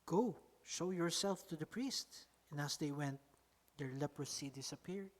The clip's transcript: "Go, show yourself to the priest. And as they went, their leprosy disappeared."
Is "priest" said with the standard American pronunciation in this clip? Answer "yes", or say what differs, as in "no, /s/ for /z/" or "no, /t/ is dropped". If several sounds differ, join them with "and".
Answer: yes